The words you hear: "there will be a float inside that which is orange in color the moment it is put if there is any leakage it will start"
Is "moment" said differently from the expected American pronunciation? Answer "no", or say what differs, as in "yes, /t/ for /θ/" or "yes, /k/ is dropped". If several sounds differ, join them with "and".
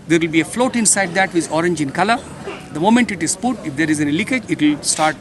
no